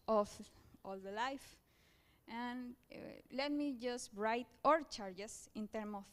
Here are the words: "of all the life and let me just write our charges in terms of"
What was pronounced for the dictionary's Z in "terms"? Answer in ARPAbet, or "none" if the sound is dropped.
none